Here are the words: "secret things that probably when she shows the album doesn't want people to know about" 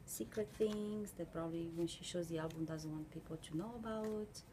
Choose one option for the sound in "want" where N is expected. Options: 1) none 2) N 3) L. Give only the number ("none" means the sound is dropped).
2